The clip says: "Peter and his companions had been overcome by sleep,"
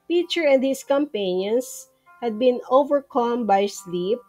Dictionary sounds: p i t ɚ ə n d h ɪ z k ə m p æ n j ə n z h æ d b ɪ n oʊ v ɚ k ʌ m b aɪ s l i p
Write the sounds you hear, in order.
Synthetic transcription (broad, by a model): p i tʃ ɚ ə n d h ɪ s k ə m p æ n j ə n s h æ d b ɪ n oʊ v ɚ k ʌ m b aɪ s l i p